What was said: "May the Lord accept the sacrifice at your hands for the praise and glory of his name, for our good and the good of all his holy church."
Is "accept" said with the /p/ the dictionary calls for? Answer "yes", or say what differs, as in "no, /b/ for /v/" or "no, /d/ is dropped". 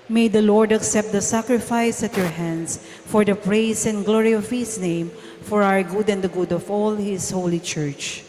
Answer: yes